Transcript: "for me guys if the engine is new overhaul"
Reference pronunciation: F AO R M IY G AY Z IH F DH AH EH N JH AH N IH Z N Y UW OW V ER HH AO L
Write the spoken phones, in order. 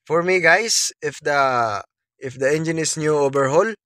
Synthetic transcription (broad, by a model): F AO R M IY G AY S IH F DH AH EH N JH AH N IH S N Y UW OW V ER HH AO L